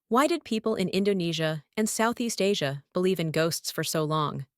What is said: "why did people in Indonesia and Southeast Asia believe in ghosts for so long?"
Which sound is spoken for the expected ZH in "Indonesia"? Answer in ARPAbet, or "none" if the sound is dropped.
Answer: ZH